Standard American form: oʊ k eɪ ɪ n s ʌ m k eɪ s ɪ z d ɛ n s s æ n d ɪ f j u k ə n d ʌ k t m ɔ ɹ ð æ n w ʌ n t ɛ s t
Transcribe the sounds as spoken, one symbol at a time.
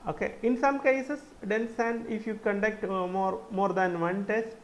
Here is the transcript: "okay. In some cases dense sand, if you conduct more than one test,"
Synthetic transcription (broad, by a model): oʊ k eɪ ɪ n s ʌ m k eɪ s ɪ s d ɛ n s s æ n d ɪ f j u k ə n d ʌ k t m ɔ ɹ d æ n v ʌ n t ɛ s t